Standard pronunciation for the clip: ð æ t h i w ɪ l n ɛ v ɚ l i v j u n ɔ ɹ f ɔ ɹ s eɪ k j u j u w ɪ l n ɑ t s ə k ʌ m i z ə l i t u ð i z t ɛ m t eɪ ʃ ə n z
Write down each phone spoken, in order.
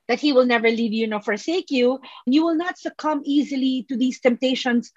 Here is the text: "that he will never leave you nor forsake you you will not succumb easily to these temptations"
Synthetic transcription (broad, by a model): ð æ t h i w ɪ l n ɛ v ɚ l i v j u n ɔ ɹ f ɔ ɹ s eɪ k j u j u w ɪ l n ɑ t s ə k ʌ m i z ə l i t u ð i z t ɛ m t eɪ ʃ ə n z